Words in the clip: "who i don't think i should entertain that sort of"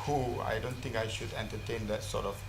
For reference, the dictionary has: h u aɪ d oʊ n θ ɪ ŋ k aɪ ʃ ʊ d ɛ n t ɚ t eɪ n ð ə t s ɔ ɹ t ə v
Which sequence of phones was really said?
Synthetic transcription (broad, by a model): h u aɪ d oʊ n t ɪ ŋ k aɪ ʃ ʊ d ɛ n t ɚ t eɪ n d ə t s ɔ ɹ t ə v